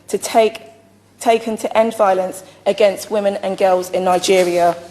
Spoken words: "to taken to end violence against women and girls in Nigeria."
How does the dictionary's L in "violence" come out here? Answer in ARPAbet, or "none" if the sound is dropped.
L